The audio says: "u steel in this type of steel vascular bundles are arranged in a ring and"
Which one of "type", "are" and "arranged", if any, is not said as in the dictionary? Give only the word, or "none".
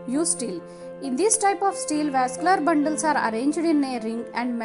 none